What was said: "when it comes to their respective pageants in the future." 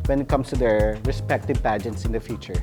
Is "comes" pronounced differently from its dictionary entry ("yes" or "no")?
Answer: yes